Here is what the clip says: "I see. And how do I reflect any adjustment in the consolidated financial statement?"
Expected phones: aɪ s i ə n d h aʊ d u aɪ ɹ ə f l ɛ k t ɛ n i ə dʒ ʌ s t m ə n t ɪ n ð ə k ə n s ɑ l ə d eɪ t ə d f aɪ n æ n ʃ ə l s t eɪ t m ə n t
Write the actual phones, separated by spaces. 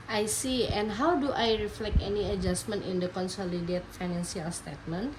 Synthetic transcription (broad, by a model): aɪ s i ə n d h aʊ d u aɪ ɹ ə f l ɛ k t ɛ n i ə dʒ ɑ s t m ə n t ɪ n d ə k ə n s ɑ l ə d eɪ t f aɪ n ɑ n s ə l s t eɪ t m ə n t